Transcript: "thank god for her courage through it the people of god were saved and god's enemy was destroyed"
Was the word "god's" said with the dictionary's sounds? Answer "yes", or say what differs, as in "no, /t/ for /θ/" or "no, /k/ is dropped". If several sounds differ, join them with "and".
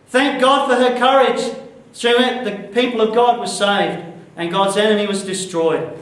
yes